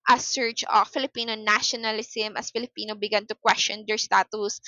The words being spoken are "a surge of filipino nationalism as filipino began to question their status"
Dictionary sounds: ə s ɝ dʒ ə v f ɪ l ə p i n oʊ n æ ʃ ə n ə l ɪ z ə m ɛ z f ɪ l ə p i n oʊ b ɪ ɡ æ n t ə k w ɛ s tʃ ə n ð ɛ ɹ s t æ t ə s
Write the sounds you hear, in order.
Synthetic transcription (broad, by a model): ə s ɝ tʃ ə f ɪ l ə p i n oʊ n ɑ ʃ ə n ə l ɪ s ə m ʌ s f ɪ l ə p i n oʊ b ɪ ɡ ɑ n t ə k w ɛ s tʃ ə n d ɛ ɹ s t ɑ t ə s